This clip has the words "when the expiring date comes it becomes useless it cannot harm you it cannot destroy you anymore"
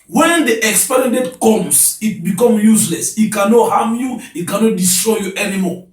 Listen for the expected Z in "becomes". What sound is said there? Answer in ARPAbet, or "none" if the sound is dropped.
none